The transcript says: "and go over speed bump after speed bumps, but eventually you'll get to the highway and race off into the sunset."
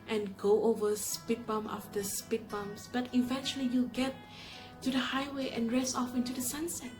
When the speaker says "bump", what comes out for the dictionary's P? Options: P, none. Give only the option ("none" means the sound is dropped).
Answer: none